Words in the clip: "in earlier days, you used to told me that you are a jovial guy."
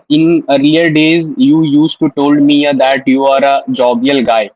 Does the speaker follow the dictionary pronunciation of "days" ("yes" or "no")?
yes